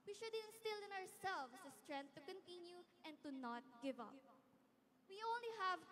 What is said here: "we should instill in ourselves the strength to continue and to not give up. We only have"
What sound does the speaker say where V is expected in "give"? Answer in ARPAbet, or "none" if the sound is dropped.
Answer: V